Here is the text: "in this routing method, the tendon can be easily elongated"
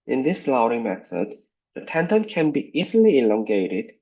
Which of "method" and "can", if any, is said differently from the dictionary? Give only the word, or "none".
none